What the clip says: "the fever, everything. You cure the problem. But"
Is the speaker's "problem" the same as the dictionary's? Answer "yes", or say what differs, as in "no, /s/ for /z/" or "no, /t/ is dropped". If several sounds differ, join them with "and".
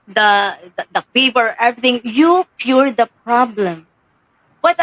yes